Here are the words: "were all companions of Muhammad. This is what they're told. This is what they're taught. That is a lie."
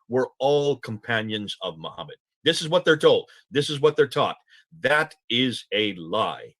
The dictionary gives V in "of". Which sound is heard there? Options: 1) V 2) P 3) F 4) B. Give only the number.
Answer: 1